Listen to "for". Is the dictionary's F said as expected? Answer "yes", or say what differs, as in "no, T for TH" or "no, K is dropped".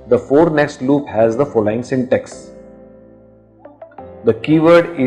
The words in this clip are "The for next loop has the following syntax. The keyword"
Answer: yes